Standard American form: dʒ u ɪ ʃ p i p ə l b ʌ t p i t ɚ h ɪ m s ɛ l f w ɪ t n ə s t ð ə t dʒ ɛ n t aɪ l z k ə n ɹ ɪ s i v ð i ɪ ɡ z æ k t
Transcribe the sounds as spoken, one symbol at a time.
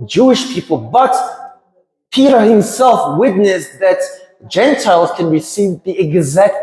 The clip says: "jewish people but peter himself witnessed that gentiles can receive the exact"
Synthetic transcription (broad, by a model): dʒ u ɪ ʃ p i p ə l b ʌ t p i t ɚ h ɪ m s ɛ l f w ɪ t n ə s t ð ə t dʒ ɛ n t aɪ l z k ə n ɹ ɪ s i v ð i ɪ ɡ z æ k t